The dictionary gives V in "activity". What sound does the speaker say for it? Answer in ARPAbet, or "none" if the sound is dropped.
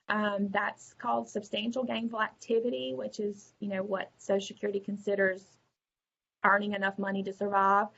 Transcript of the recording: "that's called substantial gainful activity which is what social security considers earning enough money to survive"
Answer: V